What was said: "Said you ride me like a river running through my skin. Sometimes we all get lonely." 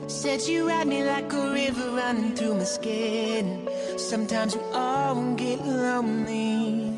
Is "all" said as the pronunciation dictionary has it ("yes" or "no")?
no